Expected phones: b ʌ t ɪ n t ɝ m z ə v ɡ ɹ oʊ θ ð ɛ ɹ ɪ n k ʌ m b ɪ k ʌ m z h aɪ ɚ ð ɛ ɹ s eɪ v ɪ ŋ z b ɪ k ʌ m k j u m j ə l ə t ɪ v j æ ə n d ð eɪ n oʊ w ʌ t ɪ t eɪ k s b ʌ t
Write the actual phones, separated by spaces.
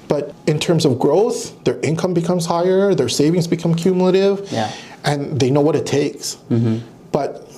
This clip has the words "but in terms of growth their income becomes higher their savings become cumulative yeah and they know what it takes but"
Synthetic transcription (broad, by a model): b ʌ t ɪ n t ɝ m z ə v ɡ ɹ oʊ θ ð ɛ ɹ ɪ n k ʌ m b ɪ k ʌ m z h aɪ ɚ ð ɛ ɹ s eɪ v ɪ ŋ z b ɪ k ʌ m k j u m j l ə t ɪ v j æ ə n ð eɪ n oʊ w ʌ t ɪ t eɪ k s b ʌ t